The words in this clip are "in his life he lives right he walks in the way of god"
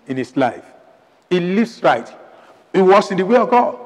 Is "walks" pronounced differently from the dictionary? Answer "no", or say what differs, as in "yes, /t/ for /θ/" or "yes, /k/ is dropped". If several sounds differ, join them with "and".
yes, /k/ is dropped